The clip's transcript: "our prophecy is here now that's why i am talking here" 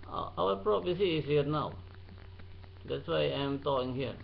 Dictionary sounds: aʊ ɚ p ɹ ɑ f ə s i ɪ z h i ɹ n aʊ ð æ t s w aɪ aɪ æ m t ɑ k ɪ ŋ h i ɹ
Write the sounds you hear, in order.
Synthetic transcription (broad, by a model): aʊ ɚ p ɹ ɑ p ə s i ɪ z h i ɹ n aʊ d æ t s w aɪ aɪ m t ɑ k ɪ ŋ h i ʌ